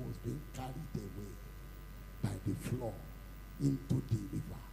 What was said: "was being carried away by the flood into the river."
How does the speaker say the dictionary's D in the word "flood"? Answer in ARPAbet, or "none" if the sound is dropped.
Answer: none